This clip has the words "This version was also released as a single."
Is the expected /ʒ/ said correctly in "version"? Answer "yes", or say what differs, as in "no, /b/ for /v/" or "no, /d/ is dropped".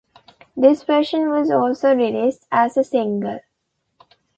no, /ʃ/ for /ʒ/